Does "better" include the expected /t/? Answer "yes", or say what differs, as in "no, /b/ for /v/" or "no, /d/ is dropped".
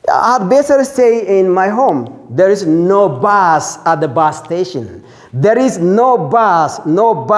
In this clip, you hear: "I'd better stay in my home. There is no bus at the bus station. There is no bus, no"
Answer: no, /s/ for /t/